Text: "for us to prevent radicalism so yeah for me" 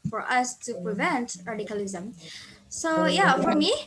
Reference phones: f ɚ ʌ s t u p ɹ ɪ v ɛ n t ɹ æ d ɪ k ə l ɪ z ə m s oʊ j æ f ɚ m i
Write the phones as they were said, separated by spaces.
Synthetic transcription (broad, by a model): f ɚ ʌ s t u p ɹ ɪ v ɛ n t ɹ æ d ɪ k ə l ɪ z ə m s oʊ j æ f ɚ m i